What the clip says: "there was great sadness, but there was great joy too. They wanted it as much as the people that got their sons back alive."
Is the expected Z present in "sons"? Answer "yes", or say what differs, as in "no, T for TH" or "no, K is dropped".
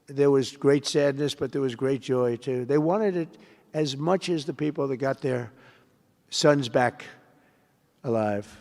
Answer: yes